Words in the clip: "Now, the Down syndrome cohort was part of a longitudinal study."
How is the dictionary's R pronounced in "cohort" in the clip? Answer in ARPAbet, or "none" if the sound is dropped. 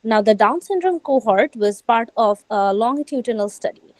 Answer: R